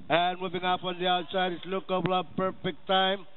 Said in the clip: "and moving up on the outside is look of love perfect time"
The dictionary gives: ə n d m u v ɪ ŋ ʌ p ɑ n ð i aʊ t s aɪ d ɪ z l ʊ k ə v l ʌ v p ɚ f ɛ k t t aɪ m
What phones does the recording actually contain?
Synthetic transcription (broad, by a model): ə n m u v ɪ ŋ ʌ p ɑ n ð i aʊ t s aɪ d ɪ s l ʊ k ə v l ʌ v p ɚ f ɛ k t t aɪ m